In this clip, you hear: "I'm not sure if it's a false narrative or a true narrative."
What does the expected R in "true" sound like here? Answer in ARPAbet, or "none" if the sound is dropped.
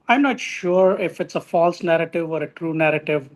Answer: R